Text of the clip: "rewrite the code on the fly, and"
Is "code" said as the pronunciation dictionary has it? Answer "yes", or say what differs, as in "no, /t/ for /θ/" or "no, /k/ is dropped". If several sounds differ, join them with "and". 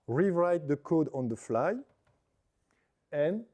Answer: yes